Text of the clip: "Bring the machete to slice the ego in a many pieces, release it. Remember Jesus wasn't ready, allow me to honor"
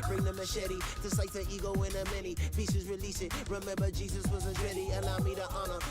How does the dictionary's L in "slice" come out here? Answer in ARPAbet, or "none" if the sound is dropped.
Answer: none